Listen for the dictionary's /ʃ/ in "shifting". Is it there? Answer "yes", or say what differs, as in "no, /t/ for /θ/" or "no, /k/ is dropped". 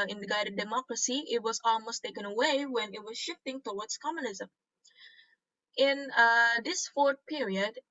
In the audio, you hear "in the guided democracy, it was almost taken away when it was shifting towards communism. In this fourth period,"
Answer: yes